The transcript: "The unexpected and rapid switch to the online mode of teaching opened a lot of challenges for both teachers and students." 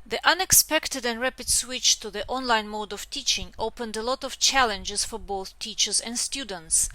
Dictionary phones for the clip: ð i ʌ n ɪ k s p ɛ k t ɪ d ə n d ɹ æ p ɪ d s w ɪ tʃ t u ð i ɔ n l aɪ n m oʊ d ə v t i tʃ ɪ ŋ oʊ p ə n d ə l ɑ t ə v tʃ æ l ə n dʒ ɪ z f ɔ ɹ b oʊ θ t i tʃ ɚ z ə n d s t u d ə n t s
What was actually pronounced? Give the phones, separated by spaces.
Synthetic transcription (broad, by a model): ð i ʌ n ɪ k s p ɛ k t ɪ d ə n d ɹ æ p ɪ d s w ɪ tʃ t u ð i ɔ n l aɪ n m oʊ d ə v t i tʃ ɪ ŋ oʊ p ə n d ə l ɑ t ə v tʃ æ l ə n dʒ ɪ z f ɔ ɹ b oʊ θ t i tʃ ɚ z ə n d s t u d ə n t s